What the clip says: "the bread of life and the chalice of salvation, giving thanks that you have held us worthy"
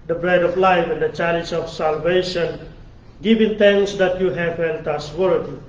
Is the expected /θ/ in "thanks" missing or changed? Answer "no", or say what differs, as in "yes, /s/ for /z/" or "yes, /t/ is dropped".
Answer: yes, /t/ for /θ/